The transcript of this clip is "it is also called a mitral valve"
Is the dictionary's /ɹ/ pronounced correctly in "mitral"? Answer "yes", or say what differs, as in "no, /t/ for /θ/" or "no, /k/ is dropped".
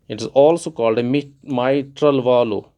yes